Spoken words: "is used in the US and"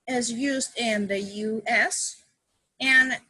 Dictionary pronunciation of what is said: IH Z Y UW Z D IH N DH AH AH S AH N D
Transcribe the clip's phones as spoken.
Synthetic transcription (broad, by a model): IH Z Y UW Z D IH N DH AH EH S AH N